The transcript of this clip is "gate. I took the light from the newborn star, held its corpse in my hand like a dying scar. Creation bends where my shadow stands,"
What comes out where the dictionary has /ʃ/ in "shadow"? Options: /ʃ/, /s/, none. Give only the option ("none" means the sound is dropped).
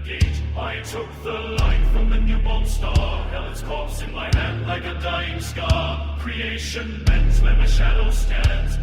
/ʃ/